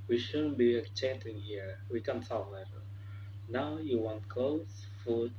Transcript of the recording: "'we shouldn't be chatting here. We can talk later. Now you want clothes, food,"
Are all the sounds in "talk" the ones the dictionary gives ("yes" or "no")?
no